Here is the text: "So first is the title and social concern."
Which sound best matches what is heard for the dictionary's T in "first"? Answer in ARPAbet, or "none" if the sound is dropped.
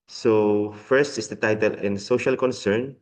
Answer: T